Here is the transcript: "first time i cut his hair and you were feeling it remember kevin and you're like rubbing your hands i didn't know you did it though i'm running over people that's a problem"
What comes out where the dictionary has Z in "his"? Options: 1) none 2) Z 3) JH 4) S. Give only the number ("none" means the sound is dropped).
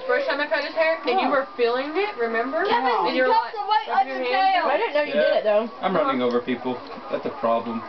4